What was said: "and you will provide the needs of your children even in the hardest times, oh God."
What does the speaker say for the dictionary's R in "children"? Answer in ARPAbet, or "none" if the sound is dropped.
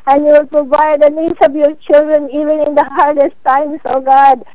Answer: R